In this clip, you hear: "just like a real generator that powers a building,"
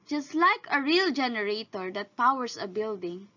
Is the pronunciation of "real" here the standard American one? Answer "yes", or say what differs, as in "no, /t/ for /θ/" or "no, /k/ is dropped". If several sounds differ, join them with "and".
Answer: yes